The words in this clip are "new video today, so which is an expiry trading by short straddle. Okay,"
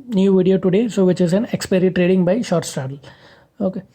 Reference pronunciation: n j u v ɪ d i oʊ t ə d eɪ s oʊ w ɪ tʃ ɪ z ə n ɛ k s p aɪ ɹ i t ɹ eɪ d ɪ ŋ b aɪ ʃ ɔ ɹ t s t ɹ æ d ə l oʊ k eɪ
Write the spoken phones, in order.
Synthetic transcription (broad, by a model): n j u v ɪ d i oʊ t ə d eɪ s oʊ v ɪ tʃ ɪ z ə n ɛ k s p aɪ ɹ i t ɹ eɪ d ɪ ŋ b aɪ ʃ ɔ ɹ t s t æ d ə l oʊ k eɪ